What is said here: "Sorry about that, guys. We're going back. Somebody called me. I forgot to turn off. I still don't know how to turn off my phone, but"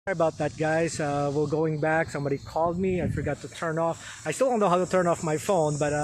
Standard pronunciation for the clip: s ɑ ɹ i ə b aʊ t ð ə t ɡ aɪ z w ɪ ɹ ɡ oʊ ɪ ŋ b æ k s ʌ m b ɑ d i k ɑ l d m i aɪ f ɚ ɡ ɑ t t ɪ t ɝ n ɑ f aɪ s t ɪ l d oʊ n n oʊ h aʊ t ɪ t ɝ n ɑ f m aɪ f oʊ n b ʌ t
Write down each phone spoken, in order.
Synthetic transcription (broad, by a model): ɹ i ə b aʊ t ð ə t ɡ aɪ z w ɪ l ɡ oʊ ɪ ŋ b æ k s ʌ m b ɑ d i k ɑ l d m i aɪ f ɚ ɡ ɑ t t ɪ t ɝ n ɑ f aɪ s t ɪ l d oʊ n n oʊ h aʊ t ɪ t ɝ n ɑ f m aɪ f oʊ n b ʌ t